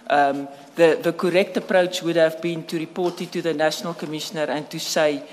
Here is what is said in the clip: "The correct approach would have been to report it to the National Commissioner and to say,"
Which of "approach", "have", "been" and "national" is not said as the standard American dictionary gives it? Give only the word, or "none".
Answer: none